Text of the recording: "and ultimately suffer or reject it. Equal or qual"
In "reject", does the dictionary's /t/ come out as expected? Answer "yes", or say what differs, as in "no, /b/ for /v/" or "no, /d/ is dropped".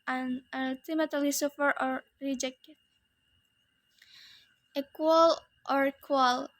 no, /t/ is dropped